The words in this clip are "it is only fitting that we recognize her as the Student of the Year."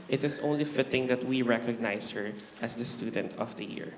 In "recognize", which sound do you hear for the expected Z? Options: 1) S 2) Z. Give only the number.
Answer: 1